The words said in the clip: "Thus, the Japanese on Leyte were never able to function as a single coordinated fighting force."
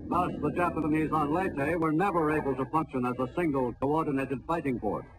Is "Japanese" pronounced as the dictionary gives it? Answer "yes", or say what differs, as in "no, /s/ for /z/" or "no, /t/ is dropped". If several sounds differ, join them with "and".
yes